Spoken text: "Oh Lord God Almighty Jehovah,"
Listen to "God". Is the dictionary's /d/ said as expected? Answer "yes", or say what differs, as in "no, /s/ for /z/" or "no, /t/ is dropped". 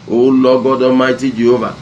yes